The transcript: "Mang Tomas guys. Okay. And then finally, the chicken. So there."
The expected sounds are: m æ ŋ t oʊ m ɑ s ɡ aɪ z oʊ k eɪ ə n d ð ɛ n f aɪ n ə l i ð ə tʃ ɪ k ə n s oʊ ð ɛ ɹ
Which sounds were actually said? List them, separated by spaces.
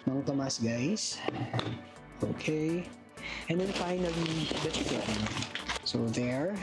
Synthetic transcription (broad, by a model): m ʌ ŋ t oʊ m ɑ s ɡ aɪ s oʊ k eɪ ə n d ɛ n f aɪ n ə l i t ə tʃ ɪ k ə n s oʊ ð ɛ ɹ